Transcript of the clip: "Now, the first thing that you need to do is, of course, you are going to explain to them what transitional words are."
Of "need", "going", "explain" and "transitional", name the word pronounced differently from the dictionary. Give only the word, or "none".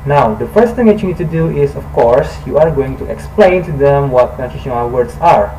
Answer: transitional